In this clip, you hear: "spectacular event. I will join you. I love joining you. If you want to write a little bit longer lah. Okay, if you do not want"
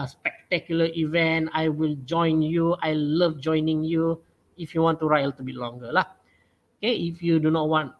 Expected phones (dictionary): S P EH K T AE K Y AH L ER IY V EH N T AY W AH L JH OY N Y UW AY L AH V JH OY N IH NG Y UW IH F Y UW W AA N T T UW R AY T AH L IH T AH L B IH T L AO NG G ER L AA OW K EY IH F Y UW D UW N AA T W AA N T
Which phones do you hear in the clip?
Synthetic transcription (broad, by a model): S P EH K T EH K Y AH L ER IY V EH N T AY W AH L JH OY N Y UW AY L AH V JH OY N IH NG Y UW IH F Y UW W AA N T T UW R AY T AH L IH T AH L B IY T L AO NG G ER L AA OW K EY IH F Y UW D UW N AA T W AA N T